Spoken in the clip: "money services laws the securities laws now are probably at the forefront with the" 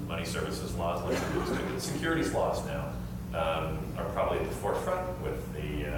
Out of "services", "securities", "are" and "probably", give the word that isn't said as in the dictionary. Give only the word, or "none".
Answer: none